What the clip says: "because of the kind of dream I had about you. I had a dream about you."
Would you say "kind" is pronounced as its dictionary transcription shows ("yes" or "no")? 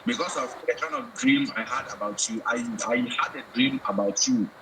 no